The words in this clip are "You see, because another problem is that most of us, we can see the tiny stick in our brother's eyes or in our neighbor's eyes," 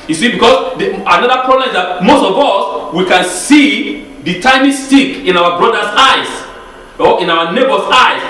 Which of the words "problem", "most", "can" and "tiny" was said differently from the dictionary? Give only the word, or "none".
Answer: tiny